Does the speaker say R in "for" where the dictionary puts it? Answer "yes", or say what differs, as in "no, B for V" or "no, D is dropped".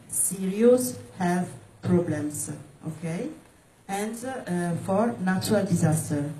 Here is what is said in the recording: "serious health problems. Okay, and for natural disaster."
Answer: yes